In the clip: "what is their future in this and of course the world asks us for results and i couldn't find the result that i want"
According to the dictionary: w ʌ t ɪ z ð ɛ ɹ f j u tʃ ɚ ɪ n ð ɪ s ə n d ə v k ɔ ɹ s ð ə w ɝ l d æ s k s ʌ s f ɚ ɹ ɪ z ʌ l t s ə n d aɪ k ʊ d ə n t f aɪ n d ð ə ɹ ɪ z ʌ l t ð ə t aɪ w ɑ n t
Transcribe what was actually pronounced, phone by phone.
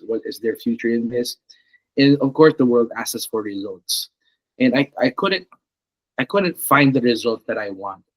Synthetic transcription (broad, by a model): w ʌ t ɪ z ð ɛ ɹ f j u tʃ ɚ ɪ n ð ɪ s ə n ə v k ɔ ɹ s ð ə w ɝ l d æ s s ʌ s f ɚ ɹ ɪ z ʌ l t s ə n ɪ aɪ k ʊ d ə n t f aɪ n d ð ə ɹ ɪ z ʌ l t ð ə t aɪ w ɑ n t